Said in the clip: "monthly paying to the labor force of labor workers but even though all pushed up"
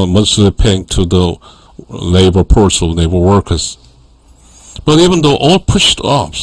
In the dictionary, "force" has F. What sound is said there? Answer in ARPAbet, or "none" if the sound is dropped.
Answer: P